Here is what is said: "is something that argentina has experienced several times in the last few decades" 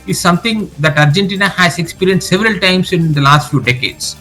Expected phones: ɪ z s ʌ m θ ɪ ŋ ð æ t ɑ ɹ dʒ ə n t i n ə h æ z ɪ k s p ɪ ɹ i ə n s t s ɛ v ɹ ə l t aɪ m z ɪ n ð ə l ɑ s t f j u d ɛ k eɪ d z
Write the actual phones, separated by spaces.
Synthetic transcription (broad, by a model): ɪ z s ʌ m t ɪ ŋ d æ t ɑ ɹ dʒ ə n t i n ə h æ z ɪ k s p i ɹ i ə n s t s ɛ v ɹ ə l t aɪ m s ɪ n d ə l ɑ s t f j u d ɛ k eɪ d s